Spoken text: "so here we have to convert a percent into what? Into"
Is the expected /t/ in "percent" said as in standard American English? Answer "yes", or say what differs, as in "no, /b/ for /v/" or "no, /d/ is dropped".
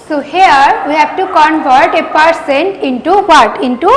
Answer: yes